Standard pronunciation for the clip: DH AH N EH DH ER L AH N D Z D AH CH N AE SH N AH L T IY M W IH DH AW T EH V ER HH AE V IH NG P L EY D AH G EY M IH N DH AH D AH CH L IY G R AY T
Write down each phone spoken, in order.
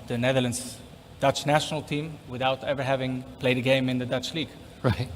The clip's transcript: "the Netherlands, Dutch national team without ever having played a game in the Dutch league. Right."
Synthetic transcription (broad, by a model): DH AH N EH DH ER L AH N D Z D AH CH N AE SH N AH L T IY M W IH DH AW T EH V ER HH AE V IH NG P L EY D AH G EY M IH N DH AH D AH CH L IY G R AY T